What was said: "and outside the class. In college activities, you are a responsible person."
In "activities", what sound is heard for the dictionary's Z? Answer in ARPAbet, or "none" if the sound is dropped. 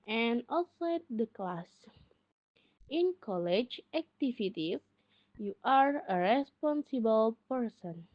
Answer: none